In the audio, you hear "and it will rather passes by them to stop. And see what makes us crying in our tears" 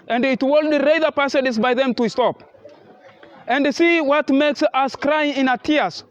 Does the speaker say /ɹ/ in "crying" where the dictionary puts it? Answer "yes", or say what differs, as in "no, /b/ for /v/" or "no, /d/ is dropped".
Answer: yes